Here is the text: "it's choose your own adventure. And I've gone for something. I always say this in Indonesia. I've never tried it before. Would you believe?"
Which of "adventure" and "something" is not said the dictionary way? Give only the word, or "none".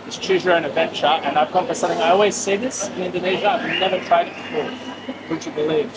none